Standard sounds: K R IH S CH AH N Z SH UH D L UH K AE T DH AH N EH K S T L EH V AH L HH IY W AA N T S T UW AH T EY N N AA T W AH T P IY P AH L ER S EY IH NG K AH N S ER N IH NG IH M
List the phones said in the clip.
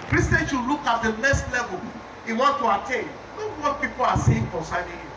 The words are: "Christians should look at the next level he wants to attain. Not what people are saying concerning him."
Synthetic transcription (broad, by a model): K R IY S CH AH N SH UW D L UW K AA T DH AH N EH S T L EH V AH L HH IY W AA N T T UW AH T EY N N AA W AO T P IY P AH L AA S EY IH NG K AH N S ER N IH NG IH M